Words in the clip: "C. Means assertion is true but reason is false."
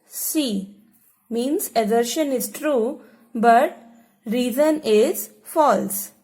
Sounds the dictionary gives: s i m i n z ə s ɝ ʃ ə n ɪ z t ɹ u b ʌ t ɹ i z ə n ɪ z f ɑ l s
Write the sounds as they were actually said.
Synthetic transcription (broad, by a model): s i m i n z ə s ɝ ʃ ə n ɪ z t ɹ u b ʌ t ɹ i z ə n ɪ z f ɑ l s